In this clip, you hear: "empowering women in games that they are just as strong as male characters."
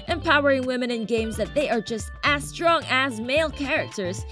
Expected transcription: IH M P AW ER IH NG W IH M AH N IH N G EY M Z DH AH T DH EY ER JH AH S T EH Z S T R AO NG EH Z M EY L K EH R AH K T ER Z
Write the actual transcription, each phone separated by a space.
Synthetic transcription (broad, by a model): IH M P AW ER IH NG W IH M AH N IH N G EY M Z DH AH T DH EY ER JH AH S T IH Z S T R AO NG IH Z M EY L K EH R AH K T ER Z